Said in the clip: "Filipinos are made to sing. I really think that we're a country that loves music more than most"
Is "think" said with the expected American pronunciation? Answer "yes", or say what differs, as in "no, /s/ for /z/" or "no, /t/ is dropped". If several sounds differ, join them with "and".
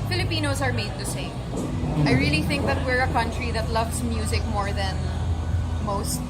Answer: yes